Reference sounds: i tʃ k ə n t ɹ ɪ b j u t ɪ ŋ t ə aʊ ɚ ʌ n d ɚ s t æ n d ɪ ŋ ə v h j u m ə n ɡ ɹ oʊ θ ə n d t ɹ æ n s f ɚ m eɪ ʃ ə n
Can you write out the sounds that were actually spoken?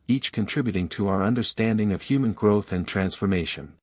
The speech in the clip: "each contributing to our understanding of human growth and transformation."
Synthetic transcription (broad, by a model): i tʃ k ə n t ɹ ɪ b j u t ɪ ŋ t ə aʊ ɚ ʌ n d ɚ s t æ n d ɪ ŋ ə v h j u m ə n ɡ ɹ oʊ θ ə n t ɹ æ n s f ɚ m eɪ ʃ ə n